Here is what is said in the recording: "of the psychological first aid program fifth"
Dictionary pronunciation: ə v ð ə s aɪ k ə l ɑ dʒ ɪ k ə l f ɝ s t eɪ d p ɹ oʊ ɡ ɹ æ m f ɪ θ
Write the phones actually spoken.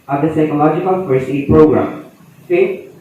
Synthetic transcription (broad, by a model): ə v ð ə s aɪ k ə l ɑ dʒ ɪ k ə l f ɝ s eɪ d p ɹ oʊ ɡ ɹ æ m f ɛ